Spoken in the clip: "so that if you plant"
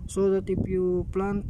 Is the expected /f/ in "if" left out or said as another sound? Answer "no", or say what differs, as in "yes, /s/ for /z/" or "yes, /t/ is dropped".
yes, /p/ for /f/